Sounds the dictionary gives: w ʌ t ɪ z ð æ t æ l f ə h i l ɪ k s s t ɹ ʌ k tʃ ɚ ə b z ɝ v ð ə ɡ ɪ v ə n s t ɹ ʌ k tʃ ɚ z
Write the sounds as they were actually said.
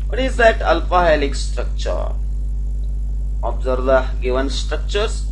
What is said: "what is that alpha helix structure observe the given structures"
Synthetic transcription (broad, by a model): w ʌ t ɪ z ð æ t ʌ l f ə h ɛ l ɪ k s s t ɹ ʌ k tʃ ɚ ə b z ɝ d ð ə ɡ ɪ v ə n s t ɹ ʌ k tʃ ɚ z